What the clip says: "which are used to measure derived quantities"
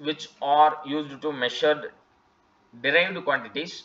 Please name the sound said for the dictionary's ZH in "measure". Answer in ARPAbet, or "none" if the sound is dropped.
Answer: SH